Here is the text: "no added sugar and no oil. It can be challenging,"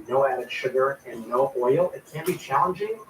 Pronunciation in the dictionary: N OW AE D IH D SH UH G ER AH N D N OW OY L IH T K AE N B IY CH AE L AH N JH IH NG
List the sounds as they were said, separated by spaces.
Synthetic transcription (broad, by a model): N OW AE D IH D SH UH G ER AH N N OW OY L IH T K AE N B IY CH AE L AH N JH IH NG